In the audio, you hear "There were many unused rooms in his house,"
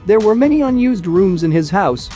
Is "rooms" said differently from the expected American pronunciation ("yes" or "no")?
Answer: no